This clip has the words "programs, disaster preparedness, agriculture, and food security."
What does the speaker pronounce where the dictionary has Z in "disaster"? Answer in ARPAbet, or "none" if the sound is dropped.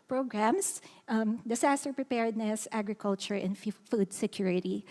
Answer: S